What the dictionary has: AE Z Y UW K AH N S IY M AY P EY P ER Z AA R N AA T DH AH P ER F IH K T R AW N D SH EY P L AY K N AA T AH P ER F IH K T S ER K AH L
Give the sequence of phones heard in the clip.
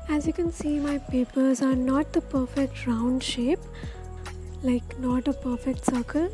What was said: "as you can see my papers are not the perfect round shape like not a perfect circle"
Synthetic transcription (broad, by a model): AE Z Y UW K AH N S IY M AY P EY P ER Z AA R N AA T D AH P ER F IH K T R AW N D SH EY P L AY K N AA T AH P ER F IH K T S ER K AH L